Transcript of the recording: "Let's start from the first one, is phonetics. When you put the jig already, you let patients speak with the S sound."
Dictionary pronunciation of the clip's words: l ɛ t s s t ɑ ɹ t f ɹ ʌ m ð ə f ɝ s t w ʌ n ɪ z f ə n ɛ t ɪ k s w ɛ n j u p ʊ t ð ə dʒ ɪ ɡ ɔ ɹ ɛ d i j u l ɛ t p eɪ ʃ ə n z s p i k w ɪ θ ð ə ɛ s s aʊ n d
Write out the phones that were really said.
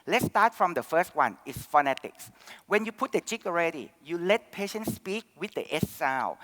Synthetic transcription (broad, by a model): l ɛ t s s t ɑ t f ɹ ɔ m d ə f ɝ s t w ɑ n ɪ s f ə n ɛ t ɪ k s w ɛ n j u p ʊ t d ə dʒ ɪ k ɔ ɹ ɛ d i j u l ɛ t p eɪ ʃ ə n s p i k w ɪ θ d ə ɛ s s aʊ